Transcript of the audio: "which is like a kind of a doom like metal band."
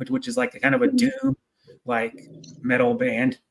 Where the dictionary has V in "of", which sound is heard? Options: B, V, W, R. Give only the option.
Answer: V